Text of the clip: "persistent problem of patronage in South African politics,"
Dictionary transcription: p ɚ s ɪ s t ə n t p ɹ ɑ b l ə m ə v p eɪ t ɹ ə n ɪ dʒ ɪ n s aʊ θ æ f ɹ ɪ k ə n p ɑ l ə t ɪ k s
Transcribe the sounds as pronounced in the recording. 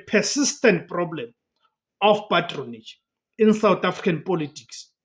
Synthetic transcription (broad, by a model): p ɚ s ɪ s t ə n t p ɹ ɑ b l ə m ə f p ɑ t ɹ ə n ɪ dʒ ɪ n s aʊ t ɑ f ɹ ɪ k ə n p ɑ l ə t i k s